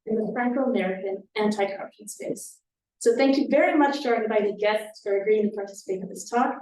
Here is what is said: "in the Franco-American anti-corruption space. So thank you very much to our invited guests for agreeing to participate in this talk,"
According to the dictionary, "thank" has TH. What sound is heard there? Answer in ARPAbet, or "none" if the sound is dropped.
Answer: TH